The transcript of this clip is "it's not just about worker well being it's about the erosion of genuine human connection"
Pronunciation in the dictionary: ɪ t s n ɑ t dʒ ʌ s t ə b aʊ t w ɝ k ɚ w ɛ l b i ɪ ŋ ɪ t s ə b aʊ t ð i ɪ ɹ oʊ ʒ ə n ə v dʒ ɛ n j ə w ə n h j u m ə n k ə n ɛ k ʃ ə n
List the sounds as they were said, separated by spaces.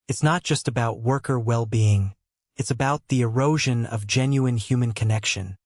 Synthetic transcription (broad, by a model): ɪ t s n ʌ t dʒ ʌ s t ə b aʊ t w ɝ k ɚ w ɛ l b i ɪ ŋ ɪ t s ə b aʊ t ð i ɪ ɹ oʊ ʒ ə n ə v dʒ ɛ n j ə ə n h j u m ə n k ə n ɛ k ʃ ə n